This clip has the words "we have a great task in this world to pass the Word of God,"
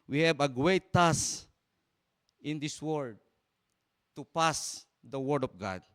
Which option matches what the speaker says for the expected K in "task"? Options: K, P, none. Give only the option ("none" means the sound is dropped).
none